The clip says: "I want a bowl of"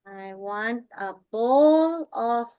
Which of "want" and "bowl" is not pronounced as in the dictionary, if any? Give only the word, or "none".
none